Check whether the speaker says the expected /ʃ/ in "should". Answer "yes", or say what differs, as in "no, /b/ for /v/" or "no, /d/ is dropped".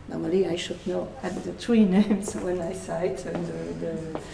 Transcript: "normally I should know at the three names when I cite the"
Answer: yes